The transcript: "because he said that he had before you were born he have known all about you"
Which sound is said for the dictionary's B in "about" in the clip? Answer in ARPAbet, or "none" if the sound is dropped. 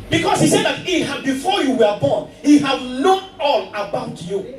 B